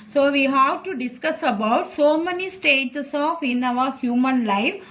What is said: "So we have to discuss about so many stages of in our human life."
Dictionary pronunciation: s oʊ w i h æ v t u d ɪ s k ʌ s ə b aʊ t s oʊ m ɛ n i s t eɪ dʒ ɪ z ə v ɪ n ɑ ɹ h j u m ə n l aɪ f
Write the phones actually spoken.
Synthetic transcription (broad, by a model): s oʊ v i h æ v t u d ɪ s k ʌ s ə b aʊ t s oʊ m ɛ n i s t eɪ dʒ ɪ s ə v ɪ n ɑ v h j u m ə n l aɪ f